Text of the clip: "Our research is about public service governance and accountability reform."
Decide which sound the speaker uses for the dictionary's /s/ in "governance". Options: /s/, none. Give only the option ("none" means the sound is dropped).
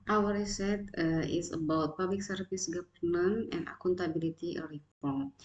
none